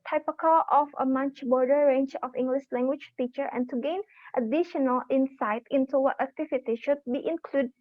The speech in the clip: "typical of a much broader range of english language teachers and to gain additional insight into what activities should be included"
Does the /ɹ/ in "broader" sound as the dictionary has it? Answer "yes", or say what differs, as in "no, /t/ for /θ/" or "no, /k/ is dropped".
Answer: no, /ɹ/ is dropped